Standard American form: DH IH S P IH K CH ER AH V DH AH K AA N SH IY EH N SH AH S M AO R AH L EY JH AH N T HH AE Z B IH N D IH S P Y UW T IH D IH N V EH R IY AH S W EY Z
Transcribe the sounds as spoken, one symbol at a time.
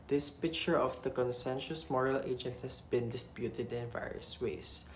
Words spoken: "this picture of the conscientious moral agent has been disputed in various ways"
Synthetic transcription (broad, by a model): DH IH S P IH K CH ER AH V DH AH K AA N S EH N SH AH S M AO R AH L EY JH AH N T HH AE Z B IH N D IH S P Y UW T IH D IH N V EH R IY AH S W EY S